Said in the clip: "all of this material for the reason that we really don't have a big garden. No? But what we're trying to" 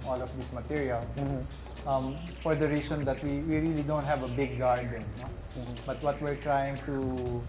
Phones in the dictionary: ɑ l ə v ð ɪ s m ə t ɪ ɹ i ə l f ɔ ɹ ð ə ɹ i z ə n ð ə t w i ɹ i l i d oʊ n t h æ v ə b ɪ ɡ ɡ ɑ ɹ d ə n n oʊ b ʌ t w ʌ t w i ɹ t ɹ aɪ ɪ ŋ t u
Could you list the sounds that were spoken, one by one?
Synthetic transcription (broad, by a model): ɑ l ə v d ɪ s m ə t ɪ ɹ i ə l f ɔ ɹ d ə ɹ i s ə n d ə t w i ɹ i l i d oʊ n t h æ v ə b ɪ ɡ ɡ ɑ ɹ d ə n n oʊ b ʌ t w ʌ t w i ɹ t ɹ aɪ ɪ ŋ t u